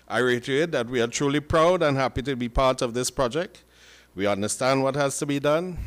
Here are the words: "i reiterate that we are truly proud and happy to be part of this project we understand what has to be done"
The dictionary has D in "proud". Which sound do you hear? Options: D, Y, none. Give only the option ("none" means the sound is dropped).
D